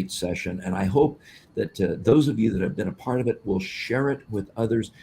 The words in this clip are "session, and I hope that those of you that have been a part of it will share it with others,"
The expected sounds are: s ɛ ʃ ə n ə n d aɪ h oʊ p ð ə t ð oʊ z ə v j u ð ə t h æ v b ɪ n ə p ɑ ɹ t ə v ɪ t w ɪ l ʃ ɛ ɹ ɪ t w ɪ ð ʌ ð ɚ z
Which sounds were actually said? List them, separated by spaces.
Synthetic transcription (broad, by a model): s ɛ ʃ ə n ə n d aɪ h oʊ p ð ə t ð oʊ z ə v j u ð ə t h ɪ v b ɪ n ə p ɑ ɹ t ə v ɪ t w ɪ l ʃ ɛ ɹ ɪ t w ɪ ð ʌ ð ɚ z